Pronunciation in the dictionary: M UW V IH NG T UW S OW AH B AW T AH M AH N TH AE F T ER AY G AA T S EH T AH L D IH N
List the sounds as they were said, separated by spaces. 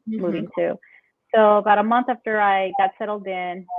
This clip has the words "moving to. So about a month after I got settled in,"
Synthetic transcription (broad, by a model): M UW V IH NG T UW S OW AH B AW T AH M AH N TH AE F T ER AY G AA T S EH T L D IH N